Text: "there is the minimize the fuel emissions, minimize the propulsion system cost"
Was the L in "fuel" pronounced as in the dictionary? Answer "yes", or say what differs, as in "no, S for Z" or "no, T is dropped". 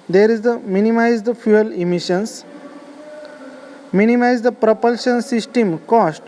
yes